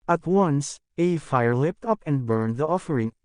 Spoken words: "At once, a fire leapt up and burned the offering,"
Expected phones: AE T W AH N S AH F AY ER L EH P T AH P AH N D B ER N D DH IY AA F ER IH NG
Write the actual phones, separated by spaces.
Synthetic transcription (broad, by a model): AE T W AH N S AH F AY ER L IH P T AH P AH N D B ER N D DH IY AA F ER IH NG